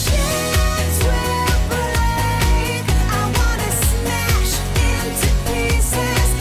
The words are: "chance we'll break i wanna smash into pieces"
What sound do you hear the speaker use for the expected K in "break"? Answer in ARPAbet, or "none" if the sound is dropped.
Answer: none